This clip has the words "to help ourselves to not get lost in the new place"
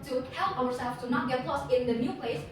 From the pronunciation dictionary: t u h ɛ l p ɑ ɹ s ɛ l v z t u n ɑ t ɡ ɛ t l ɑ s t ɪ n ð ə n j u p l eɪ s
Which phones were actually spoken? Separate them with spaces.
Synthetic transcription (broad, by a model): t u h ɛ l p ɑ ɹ s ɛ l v t u n ɑ t ɡ ɛ t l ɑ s ɪ n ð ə n j u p l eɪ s